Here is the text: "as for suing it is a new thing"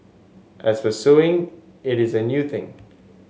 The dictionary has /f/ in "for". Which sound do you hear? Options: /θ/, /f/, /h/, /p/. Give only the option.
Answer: /p/